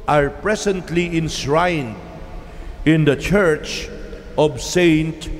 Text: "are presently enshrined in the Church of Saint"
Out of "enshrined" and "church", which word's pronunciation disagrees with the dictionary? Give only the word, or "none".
enshrined